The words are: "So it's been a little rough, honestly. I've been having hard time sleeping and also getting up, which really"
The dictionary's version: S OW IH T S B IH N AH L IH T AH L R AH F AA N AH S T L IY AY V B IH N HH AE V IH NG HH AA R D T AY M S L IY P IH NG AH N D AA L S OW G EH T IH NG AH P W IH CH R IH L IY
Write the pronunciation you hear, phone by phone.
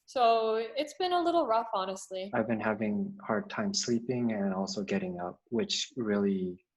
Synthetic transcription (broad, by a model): S OW IH T S B IH N AH L IH T L R AH F AA N AH S T L IY AY V B IH N HH AE V IH NG HH AA R D T AY M S L IY P IH NG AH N AA L S OW G EH T IH NG AH P W IH CH R IH L IY